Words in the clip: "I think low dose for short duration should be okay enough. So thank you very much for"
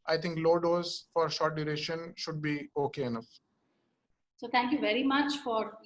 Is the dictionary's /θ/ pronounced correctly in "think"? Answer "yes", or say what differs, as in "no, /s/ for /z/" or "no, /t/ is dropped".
no, /t/ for /θ/